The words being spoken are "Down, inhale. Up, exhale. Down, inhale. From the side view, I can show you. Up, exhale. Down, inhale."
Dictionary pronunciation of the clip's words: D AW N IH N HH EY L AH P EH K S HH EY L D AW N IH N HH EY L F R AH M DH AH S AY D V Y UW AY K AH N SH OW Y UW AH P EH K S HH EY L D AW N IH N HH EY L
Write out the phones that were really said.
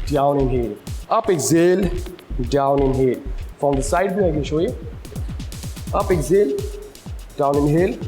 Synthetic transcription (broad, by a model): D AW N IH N HH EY L AH P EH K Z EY L D AW N IH N HH EY L F R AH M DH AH S AY D B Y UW AY K AH N SH OW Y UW AH P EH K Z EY L D AW N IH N HH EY L